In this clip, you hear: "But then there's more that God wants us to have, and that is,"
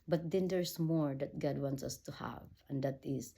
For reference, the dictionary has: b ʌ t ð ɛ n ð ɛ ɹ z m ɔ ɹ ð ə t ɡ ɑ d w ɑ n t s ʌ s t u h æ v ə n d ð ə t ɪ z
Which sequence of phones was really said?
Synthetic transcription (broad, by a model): b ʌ t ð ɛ n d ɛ ɹ s m ɔ ɹ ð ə t ɡ ɑ d w ɑ n t s ʌ s t u h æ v ə n d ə t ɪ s